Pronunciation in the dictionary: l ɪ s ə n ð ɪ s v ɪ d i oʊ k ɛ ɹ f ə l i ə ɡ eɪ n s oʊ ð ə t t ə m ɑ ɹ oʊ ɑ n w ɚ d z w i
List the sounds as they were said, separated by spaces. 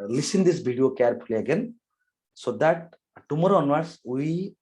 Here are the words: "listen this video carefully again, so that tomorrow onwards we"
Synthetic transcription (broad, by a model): l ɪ s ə n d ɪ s b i d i oʊ k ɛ ɹ p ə l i ə ɡ eɪ n s oʊ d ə t t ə m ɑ ɹ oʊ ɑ n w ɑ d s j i